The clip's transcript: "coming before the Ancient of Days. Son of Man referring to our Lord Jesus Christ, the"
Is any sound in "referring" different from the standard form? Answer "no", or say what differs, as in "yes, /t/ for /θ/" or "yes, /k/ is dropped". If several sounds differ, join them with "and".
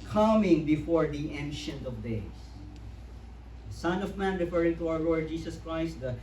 no